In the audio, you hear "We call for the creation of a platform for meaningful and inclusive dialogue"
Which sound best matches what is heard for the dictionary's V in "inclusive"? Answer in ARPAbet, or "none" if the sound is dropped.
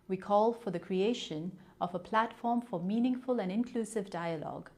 V